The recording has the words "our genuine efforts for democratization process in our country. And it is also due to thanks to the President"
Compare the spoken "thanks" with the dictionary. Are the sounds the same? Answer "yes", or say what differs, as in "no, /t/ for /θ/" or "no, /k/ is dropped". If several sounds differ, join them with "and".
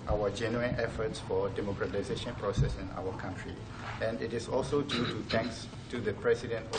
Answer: no, /t/ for /θ/